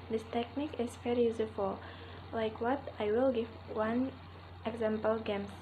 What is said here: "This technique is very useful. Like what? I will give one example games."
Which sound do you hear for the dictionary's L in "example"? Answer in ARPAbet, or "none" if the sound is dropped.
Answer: L